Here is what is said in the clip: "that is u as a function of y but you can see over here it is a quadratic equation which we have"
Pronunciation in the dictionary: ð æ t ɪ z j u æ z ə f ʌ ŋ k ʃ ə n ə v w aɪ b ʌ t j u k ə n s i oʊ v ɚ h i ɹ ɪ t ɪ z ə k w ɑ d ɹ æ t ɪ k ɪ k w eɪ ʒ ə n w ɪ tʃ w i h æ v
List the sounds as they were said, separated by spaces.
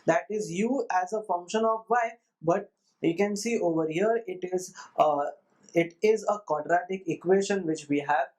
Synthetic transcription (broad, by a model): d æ t ɪ z j u æ z ə f ʌ ŋ k ʃ ə n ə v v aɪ b ʌ t j u k ə n s i oʊ v ɚ h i ɹ ɪ t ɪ z ə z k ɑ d ɹ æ t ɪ k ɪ k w eɪ ʃ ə n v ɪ tʃ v i h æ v